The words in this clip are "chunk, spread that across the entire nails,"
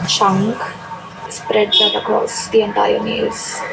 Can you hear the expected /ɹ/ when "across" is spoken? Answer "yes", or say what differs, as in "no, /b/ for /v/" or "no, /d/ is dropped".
no, /ɹ/ is dropped